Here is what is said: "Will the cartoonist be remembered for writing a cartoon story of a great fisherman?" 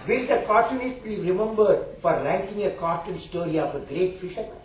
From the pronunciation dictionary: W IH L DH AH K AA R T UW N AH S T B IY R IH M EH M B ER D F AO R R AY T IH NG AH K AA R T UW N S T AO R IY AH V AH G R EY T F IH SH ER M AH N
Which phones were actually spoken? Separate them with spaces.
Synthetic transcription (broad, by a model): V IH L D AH K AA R T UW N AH S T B IY R IH M EH M B ER D F AO R L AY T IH NG AH K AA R T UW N S T AO R IY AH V AH G R EY T F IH SH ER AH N